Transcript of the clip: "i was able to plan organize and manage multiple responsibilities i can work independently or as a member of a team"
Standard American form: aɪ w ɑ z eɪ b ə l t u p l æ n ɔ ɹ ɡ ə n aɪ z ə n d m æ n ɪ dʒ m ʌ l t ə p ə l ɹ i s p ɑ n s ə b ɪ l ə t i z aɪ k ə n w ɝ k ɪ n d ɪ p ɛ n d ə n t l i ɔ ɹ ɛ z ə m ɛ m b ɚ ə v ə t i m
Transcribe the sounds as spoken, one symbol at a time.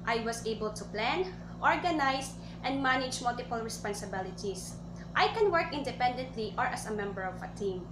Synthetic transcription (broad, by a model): aɪ w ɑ s eɪ b ə l t u p l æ n ɔ ɹ ɡ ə n aɪ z ə n d m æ n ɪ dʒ m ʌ l t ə p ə l ɹ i s p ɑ n s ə b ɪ l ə t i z aɪ k ə n w ɝ k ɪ n d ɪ p ɛ n d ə n t l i ɔ ɹ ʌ s ə m ɛ m b ɚ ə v ə t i m